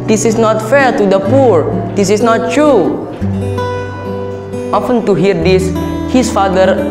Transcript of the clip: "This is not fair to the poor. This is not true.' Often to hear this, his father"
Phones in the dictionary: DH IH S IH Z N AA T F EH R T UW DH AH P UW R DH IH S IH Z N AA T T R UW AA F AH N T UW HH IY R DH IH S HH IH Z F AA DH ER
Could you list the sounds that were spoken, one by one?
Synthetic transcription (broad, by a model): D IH S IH S N AA T F EH R T UW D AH P UW R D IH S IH S N AA T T R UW AA F AH N T UW HH IY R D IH S HH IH S F AA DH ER